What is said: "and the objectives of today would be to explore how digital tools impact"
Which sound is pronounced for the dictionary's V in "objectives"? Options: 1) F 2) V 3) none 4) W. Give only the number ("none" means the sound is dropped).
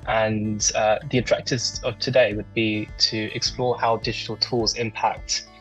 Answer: 3